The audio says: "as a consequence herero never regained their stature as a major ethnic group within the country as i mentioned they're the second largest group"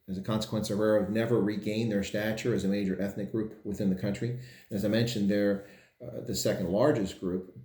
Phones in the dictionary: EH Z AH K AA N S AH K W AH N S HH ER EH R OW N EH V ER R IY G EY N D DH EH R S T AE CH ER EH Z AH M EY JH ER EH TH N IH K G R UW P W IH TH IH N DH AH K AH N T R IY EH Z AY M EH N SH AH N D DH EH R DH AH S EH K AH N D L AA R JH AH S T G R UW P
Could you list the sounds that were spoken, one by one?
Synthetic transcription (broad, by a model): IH Z AH K AA N S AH K W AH N S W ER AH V N EH V ER R IY G EY N DH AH R S T AE CH ER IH Z AH M EY JH ER EH TH N IH K G R UW P W IH TH IH N DH AH K AH N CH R IY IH Z AY M EH N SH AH N DH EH R DH AH S EH K AH N D L AA R JH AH S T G R UW P